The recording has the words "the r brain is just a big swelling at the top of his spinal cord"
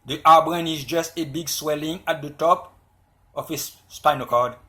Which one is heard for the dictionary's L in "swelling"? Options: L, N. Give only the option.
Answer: L